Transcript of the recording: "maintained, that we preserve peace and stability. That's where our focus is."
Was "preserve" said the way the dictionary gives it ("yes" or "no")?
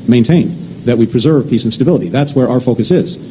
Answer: yes